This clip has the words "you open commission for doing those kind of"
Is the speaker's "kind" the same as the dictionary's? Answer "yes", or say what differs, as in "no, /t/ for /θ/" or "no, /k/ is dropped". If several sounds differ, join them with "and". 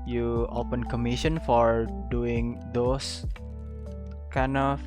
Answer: no, /d/ is dropped